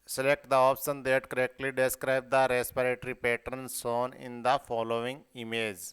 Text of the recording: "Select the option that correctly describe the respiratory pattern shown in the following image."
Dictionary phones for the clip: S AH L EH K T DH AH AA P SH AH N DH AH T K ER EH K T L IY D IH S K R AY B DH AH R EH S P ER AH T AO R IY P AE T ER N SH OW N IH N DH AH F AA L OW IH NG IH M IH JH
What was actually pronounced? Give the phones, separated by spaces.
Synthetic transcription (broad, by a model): S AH L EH K T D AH AA P SH AH N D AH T K ER EH K T L IY D IH S K R AY B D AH R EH S P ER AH T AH R IY P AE T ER N S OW N IH N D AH F AA L OW IH NG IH M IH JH